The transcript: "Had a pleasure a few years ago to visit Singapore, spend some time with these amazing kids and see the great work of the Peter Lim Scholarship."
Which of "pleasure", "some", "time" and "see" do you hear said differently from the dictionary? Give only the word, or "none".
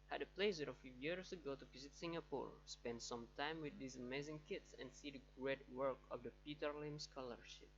pleasure